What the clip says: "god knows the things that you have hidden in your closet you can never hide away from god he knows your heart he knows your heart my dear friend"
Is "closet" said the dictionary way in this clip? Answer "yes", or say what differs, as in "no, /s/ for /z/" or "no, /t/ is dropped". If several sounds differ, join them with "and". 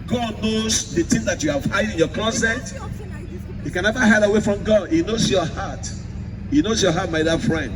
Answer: no, /l/ is dropped and /s/ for /z/